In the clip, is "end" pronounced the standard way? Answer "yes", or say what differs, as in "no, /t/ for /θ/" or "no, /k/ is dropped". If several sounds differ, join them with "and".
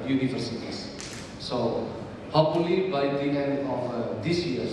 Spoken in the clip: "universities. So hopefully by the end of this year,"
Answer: no, /d/ is dropped